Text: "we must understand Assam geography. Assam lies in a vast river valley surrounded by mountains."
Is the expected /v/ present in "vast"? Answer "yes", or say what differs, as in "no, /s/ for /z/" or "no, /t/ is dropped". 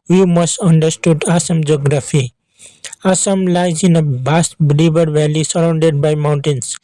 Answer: no, /b/ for /v/